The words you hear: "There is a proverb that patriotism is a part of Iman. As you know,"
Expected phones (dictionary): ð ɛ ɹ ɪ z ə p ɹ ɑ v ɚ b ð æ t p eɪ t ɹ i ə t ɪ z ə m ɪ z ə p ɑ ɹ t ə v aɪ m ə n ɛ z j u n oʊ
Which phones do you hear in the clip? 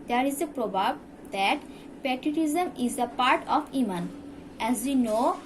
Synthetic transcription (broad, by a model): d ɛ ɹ ɪ z ə p ɹ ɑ b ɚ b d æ t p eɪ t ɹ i t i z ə m ɪ z ə p ɑ ɹ t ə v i m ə n ɛ z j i n oʊ